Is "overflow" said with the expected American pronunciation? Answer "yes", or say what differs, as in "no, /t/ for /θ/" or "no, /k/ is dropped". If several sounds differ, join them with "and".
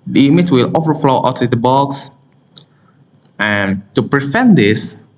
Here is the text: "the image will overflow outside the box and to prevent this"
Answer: yes